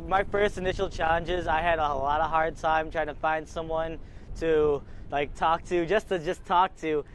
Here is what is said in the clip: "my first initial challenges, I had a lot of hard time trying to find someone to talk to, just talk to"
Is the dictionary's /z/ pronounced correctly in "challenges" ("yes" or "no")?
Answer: yes